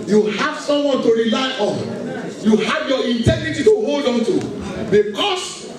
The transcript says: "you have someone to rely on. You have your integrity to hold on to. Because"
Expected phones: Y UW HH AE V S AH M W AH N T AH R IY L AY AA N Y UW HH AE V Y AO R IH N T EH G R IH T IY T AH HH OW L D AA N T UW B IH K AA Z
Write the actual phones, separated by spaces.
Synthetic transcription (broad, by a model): Y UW HH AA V S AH M W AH N T AH R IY L AY AA N Y UW HH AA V Y AO IH N T EH G R IH T IY T AH HH OW L D AA N T UW B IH K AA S